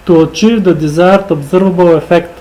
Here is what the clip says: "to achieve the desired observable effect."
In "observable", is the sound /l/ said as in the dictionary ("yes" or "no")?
no